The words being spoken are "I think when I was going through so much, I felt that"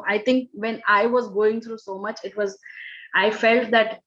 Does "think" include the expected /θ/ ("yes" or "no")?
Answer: no